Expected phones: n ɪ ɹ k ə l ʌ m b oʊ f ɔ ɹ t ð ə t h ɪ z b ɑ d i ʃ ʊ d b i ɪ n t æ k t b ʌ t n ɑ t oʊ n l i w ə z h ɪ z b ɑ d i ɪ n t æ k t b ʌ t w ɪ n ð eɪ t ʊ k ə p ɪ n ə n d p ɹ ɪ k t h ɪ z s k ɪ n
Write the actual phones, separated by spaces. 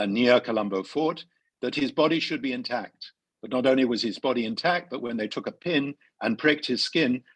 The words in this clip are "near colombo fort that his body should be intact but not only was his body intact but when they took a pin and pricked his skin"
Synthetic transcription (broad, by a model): n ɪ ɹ k ə l ʌ m b oʊ f ɔ ɹ t ð ə t h ɪ z b ɑ d i ʃ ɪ d b i ɪ n t æ k t b ʌ t n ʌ t oʊ n l i w ə z ɪ z b ɑ d i ɪ n t æ k t b ʌ t w ɪ n ð eɪ t ʊ k ə p ɪ n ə n p ɹ ɪ k t h ɪ z s k ɪ n